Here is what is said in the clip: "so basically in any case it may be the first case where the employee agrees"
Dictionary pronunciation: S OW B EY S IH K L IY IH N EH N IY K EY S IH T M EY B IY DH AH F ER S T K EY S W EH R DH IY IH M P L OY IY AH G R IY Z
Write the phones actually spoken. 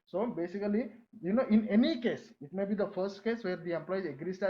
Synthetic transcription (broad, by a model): S OW B EY S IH K L IY IH N EH N IY K EY S IH T M EY B IY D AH F ER S T K EY S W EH R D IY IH M P L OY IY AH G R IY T